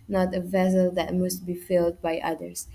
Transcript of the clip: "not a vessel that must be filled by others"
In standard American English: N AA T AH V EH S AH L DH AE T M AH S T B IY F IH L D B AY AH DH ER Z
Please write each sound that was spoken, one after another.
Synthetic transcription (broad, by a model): N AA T AH V EH S AH L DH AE T M AH S T B IY F IH L D B AY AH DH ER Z